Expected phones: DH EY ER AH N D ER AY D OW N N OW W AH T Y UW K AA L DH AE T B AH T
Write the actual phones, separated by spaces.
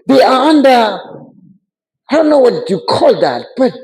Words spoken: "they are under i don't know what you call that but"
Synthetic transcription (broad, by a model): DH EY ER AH N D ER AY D OW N N OW W AH T Y UW K AA L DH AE T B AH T